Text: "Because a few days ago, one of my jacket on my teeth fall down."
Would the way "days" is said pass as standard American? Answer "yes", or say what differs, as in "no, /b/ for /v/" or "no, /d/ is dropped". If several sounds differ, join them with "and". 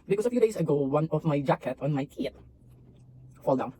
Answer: no, /s/ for /z/